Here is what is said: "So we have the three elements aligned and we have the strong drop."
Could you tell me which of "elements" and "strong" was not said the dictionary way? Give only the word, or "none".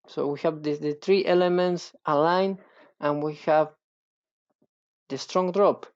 none